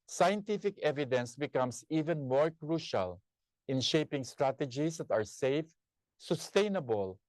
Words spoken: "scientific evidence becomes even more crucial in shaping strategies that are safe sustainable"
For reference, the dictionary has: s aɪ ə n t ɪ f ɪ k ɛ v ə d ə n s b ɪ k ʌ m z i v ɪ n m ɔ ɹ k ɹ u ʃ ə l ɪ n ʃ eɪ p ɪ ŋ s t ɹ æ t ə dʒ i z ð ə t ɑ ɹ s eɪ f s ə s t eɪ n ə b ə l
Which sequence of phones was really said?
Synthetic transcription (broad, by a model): s aɪ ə n t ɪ f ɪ k ɛ v ə d ə n s b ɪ k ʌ m s i v ɪ n m ɔ ɹ k ɹ u ʃ ə l ɪ n ʃ eɪ p ɪ ŋ s t ɹ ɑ t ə dʒ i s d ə t ɑ ɹ s eɪ f s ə s t eɪ n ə b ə l